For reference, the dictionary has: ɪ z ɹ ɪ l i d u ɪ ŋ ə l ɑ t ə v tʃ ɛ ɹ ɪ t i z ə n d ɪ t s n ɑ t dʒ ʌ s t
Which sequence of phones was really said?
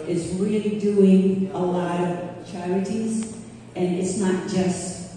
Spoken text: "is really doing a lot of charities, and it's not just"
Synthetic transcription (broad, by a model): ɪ z ɹ ɪ l i d u ɪ ŋ ə l ɑ t ə v tʃ ɛ ɹ ɪ t i z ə n ɪ t s n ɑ t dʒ ʌ s t